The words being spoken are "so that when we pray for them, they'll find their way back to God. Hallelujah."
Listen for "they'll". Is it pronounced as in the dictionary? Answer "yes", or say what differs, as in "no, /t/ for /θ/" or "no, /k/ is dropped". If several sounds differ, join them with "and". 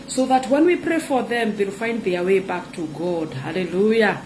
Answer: yes